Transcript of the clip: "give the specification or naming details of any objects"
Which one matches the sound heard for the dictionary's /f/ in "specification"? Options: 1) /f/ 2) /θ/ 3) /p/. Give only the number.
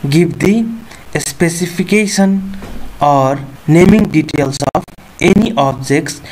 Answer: 3